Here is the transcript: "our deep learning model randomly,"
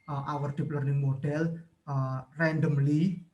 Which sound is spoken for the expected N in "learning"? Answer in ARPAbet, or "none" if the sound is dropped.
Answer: N